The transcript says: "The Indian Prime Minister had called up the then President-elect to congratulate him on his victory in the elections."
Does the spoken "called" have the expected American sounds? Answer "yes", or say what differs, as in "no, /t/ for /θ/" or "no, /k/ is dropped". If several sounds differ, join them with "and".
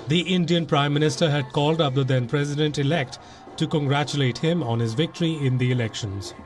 yes